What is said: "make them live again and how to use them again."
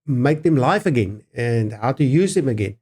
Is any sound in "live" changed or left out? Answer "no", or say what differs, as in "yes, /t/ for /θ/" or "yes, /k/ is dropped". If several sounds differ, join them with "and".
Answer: yes, /f/ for /v/